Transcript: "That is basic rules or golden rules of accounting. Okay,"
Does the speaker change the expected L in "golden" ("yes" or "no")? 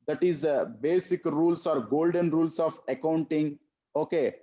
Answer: no